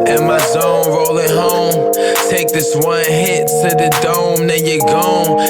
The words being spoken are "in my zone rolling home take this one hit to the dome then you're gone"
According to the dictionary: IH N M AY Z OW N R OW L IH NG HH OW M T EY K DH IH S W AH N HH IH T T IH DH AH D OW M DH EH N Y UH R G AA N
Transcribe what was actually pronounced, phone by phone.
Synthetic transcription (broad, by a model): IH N M AY Z OW N R OW L IH NG HH OW M T EY K DH IH S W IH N HH IH T S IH DH AH D OW M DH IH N Y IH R G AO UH